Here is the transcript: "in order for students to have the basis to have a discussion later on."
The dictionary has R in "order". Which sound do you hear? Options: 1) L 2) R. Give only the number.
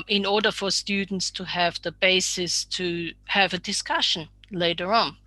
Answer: 2